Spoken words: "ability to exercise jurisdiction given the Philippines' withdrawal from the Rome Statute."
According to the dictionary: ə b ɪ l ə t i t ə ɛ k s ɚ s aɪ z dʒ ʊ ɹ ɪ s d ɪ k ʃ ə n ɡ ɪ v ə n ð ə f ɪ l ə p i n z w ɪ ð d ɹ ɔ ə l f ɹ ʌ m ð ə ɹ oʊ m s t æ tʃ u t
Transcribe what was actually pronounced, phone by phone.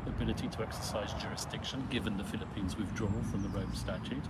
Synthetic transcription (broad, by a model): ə b ɪ l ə t i t ə ɛ k s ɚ s aɪ z dʒ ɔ ɹ ɪ s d ɪ k ʃ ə n ɡ ɪ v ə n ð ə f ɪ l ə p i n z w ɪ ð d ɹ ɔ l f ɹ ʌ m ð ə ɹ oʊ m s t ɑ tʃ u t